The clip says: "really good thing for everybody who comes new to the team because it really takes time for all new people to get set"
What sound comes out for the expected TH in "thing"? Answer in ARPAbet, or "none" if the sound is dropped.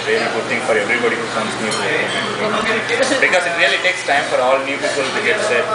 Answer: T